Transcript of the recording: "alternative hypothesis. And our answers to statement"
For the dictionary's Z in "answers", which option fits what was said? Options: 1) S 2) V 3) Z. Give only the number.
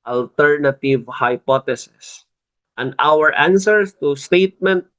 1